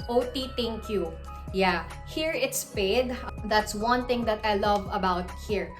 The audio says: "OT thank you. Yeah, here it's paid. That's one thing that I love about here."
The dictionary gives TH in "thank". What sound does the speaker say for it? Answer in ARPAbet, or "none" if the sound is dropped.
T